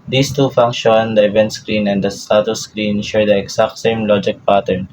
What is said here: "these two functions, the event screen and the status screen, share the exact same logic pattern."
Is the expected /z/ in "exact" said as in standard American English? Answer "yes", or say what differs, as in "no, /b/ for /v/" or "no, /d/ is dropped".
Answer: no, /s/ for /z/